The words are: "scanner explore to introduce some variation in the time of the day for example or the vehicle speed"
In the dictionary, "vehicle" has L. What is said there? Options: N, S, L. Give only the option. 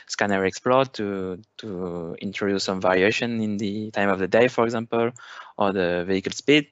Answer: L